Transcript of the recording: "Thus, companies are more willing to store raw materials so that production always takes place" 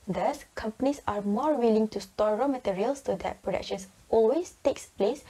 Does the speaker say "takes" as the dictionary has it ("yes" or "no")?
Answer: yes